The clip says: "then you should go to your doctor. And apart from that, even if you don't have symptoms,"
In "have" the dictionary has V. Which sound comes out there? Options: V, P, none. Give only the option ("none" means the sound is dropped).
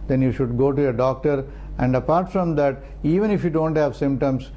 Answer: V